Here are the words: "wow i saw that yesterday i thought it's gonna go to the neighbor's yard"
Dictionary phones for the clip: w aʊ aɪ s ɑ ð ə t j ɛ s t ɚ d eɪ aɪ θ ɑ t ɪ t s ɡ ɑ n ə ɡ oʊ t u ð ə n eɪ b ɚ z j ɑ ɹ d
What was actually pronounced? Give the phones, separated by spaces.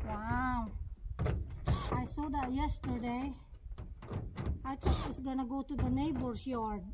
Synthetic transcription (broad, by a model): w aʊ aɪ s ɑ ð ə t j ɛ s t ɚ d eɪ aɪ t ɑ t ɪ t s ɡ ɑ n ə ɡ oʊ t u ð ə n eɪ b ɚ s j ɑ ɹ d